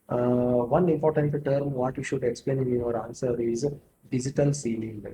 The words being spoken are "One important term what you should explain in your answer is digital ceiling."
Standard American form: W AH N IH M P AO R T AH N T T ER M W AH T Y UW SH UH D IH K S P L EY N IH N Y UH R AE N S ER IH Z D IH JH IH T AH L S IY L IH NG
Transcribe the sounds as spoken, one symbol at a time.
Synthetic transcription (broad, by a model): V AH N IH M P AO R T AH N T T ER M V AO T Y UW SH UH D IH K S P L EY N IH N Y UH R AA N S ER IH Z D IH JH IH T AH L S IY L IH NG